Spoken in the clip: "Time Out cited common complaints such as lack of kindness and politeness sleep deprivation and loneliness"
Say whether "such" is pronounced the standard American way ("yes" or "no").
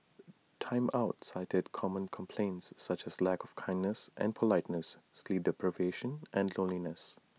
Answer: yes